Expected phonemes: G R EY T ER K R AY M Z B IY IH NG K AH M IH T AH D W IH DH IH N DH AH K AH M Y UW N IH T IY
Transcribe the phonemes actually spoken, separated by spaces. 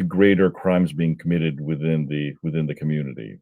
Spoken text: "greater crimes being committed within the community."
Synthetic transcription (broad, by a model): G R EY T ER K R AY M Z B IY IH NG K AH M IH T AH D W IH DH IH N DH AH K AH M Y UW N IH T IY